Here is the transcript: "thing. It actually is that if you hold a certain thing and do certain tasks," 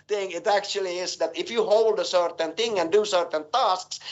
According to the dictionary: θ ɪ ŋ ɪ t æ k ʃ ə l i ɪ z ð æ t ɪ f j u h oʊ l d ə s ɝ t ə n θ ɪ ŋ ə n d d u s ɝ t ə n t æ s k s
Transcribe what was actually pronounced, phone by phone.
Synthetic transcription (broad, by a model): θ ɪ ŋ ɪ t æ k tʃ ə l i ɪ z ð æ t ɪ f j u h oʊ l d ə s ɝ t ə n θ ɪ ŋ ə n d d u s ɝ t ə n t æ s k s